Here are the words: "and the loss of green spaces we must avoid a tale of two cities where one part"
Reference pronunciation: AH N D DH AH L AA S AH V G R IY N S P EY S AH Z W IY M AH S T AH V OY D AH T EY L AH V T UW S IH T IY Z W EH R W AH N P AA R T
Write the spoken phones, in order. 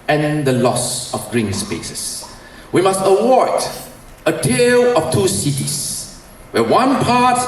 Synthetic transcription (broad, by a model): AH N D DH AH L AA S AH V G R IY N S P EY S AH S W IY M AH S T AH W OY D AH T EY L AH F T UW S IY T IY S W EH W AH N P AA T